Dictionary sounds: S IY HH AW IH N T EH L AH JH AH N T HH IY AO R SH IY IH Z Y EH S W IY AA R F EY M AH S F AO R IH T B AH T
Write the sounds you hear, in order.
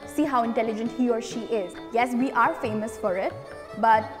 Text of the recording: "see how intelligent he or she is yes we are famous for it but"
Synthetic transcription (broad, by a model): S IY HH AW IH N T EH L AH JH AH N T HH IY AO R SH IY IH Z Y EH S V IY AA R F EY M AH S F AO R IH T B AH T